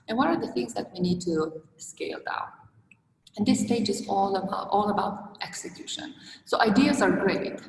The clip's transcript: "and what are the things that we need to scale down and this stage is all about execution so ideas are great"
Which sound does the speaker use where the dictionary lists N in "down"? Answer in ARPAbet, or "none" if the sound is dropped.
none